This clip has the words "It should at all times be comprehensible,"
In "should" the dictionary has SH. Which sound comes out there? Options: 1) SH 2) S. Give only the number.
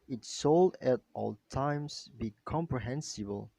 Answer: 2